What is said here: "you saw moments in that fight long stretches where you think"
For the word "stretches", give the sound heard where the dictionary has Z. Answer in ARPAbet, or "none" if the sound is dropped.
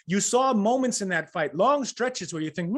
Z